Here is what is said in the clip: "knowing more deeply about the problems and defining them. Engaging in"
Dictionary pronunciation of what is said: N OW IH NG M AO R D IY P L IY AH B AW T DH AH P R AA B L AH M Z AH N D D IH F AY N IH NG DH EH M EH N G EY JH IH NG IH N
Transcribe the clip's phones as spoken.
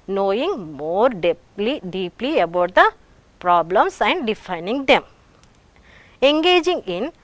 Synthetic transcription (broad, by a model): N OW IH NG M AO R D IY P L IY AH B AW T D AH P R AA B L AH M S AH N D D IH F AY N IH NG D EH M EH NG G EY JH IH NG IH N